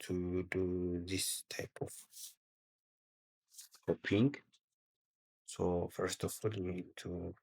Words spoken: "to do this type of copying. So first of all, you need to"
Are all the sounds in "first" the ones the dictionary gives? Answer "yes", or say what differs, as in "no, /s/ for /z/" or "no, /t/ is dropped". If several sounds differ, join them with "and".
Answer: yes